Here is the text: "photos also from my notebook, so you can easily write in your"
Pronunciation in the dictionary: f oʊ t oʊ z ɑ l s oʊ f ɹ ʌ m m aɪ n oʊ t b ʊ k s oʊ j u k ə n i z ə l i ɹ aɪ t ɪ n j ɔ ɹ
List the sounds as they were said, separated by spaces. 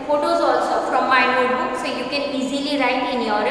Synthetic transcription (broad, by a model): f oʊ t oʊ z ɑ l s oʊ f ɹ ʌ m m aɪ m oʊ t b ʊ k s oʊ j u k ə n i z ə l i ɹ aɪ t ɪ n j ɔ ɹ